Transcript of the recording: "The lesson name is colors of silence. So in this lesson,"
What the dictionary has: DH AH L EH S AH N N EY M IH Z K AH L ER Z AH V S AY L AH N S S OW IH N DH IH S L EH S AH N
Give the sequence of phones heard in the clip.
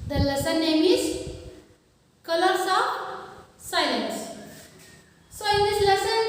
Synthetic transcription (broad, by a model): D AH L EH S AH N N EY M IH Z K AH L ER S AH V S AY L AH N S S OW IH N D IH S L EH S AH N